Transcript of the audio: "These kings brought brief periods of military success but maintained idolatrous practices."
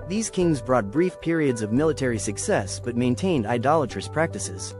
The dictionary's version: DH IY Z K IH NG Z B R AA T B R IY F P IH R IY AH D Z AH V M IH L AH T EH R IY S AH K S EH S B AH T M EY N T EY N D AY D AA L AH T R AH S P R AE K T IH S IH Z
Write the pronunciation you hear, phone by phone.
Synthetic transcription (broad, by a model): DH IY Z K IH NG Z B R AA T B R IY F P IH R IY AH D Z AH V M IH L AH T EH R IY S AH K S EH S B AH T M EY N T EY N D AY D AA L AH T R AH S P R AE K T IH S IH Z